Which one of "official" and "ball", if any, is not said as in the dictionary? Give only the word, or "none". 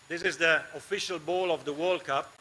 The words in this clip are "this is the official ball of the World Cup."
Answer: none